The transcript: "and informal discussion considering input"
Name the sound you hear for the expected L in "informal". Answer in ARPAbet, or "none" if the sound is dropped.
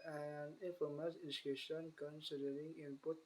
N